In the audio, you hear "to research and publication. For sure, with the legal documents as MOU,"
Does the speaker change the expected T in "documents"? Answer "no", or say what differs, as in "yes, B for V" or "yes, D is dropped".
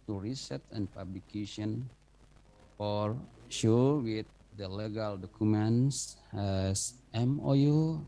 yes, S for T